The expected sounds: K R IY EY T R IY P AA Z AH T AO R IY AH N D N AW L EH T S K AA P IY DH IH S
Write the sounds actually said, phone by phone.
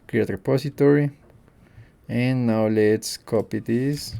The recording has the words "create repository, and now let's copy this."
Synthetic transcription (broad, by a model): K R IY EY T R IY P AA S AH T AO R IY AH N N AW L EH T S K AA P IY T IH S